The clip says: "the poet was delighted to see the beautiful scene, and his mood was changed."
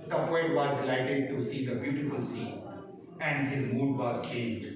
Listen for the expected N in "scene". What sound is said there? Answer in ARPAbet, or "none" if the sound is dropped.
none